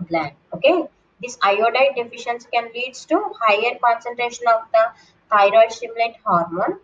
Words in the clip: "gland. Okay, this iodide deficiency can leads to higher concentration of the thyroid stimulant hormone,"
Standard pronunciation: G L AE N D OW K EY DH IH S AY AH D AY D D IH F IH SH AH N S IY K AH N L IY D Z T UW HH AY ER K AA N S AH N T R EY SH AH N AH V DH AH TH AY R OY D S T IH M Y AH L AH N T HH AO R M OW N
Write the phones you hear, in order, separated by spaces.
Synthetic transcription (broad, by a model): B L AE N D OW K EY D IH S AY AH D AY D D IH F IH SH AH N S K AH N L IY D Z T UW HH AY ER K AA N S AH N T R EY SH AH N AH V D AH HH AY R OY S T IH M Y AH L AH T HH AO R M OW N